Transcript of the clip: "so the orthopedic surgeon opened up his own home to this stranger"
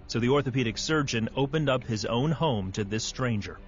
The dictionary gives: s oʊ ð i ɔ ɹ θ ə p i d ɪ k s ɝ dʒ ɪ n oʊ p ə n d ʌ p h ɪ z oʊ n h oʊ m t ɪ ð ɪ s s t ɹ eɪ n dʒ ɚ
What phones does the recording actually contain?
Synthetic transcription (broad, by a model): s oʊ ð i ɔ ɹ θ ə p i d ɪ k s ɝ dʒ ɪ n oʊ p ə n d ʌ p h ɪ z oʊ n h oʊ m t ɪ ð ɪ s s t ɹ eɪ n dʒ ɚ